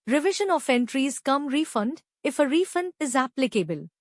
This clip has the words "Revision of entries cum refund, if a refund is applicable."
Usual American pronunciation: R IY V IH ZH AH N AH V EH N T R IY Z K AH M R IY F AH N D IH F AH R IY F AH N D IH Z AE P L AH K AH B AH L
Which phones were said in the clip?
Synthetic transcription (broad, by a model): R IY V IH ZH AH N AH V EH N T R IY Z K AH M R IY F AH N D IH F AH R IY F AH N D IH Z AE P L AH K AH B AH L